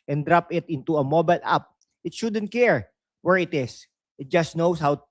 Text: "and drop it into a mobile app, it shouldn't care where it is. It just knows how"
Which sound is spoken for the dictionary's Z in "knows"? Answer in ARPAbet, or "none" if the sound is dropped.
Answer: S